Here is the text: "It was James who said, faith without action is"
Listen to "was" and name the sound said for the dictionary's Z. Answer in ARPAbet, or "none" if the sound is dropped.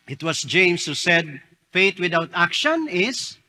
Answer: S